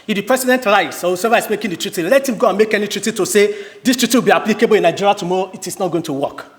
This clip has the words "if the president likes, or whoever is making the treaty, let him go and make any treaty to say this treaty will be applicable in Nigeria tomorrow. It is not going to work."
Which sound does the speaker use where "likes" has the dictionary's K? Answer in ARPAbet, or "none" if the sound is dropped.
none